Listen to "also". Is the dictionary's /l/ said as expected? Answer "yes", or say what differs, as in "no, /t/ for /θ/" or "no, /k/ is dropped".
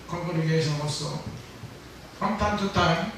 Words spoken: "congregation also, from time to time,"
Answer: no, /l/ is dropped